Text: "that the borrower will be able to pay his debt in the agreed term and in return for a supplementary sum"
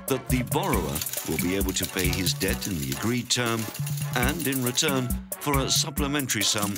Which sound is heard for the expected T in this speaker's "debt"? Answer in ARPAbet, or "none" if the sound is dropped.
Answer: T